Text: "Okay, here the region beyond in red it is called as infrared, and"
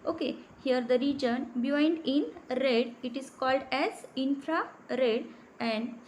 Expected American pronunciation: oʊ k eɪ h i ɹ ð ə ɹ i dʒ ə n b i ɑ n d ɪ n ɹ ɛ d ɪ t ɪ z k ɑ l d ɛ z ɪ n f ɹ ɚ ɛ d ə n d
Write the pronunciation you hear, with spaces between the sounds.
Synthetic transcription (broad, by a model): oʊ k eɪ h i ɹ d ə ɹ i dʒ ə n b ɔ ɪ n d ɪ n ɹ ɛ d ɪ t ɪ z k ɑ l d ɛ z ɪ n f ɹ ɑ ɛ d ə n d